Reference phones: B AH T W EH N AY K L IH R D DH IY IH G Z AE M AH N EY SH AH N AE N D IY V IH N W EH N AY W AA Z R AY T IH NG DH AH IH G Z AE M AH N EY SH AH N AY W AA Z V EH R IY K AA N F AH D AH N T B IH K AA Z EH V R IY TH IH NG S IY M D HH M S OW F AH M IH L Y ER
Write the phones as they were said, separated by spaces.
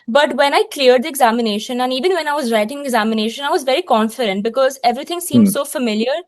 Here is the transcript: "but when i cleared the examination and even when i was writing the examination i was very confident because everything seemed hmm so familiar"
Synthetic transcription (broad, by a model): B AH T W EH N AY K L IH R D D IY IH G Z AE M AH N EY SH AH N AE N D IY V IH N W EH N AY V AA Z R AY T IH NG IH G Z AE M AH N EY SH AH N AY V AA Z V EH R IY K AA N F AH D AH N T B IH K AA Z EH V R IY T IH NG S IY M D S OW F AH M IH L Y ER